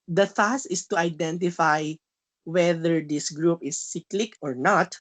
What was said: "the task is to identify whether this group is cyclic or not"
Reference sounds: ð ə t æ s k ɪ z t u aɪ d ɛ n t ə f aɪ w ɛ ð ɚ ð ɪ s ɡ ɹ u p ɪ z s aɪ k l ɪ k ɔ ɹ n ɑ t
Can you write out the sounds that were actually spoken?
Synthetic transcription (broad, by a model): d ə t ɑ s ɪ s t u aɪ d ɛ n t ə f aɪ w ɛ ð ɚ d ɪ s ɡ ɹ u p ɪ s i k l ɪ k ɔ ɹ n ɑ t